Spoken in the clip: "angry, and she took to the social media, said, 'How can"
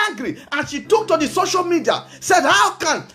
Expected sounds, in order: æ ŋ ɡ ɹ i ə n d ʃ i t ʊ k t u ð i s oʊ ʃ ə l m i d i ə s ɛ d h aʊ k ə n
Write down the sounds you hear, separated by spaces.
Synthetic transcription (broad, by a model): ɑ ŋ ɡ ɹ i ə n ʃ i t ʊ k t u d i s oʊ ʃ ə l m i d i ə s ɛ d h aʊ k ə n